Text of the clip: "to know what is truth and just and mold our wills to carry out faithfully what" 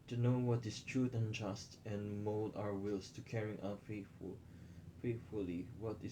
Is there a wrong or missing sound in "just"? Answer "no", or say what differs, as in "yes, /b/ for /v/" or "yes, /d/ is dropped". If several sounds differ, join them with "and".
no